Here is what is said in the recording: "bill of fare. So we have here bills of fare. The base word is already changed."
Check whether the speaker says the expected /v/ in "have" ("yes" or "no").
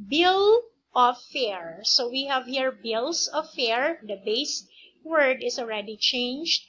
yes